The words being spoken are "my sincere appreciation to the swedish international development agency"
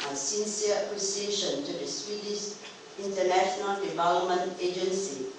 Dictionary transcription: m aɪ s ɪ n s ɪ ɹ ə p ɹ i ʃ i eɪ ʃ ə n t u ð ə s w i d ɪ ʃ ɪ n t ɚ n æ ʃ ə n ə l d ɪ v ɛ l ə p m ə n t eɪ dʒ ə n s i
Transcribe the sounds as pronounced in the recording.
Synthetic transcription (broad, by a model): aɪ s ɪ n s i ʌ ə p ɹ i s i eɪ ʃ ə n t u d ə s w i d ɪ ʃ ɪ n t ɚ n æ ʃ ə n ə l d ɪ v ɛ l ə p m ə n t eɪ dʒ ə n s i